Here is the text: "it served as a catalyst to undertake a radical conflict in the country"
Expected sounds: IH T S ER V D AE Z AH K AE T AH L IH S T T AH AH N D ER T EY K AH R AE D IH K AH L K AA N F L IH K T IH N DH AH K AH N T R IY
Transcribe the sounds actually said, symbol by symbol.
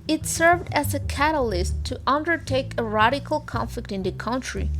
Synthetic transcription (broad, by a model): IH T S ER V D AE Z AH K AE T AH L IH S T T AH AH N D ER T EY K AH R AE D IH K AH L K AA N F L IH K T IH N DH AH K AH N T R IY